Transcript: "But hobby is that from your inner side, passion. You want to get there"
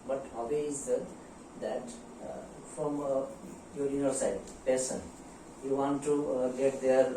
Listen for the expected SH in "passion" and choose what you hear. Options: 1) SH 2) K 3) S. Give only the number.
3